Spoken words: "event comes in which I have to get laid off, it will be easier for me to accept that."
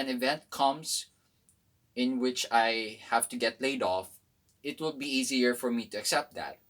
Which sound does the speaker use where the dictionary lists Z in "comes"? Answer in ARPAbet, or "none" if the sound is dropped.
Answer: S